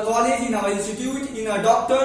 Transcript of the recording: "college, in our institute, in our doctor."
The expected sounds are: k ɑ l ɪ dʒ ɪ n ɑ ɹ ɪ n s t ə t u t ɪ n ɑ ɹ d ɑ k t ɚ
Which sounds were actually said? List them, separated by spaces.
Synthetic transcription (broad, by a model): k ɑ l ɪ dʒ ɪ n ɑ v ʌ l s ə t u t ɪ n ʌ d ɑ k t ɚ